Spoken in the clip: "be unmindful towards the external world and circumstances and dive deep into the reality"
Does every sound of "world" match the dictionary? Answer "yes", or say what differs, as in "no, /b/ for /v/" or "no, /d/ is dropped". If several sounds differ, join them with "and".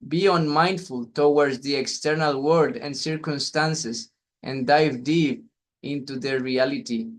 no, /l/ is dropped